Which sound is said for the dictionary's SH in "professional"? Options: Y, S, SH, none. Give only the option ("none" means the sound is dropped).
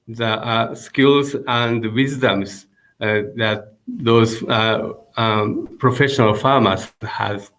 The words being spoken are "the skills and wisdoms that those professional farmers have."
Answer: SH